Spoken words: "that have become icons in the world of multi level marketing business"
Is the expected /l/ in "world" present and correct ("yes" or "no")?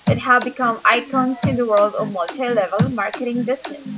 yes